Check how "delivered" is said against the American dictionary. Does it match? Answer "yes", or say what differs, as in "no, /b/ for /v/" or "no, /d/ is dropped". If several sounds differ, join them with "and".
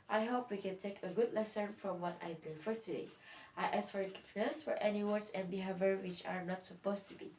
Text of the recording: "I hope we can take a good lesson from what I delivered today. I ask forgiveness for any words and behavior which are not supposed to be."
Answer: no, /f/ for /v/